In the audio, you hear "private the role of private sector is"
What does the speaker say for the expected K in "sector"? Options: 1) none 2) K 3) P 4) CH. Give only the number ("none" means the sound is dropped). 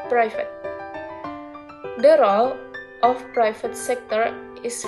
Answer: 2